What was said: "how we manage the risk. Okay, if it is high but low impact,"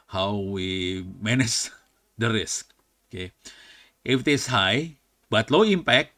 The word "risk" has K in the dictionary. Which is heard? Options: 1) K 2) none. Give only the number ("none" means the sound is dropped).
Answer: 1